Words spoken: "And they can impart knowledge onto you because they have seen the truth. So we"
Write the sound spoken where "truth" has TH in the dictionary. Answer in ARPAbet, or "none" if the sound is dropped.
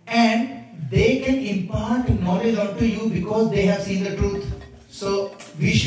T